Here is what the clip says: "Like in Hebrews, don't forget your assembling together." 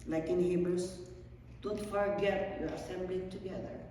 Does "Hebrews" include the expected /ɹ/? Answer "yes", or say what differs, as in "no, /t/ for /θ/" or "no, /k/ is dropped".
no, /ɹ/ is dropped